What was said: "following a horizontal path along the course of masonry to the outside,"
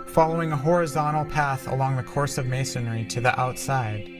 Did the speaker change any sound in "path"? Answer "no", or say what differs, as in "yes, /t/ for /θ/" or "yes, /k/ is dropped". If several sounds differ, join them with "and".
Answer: no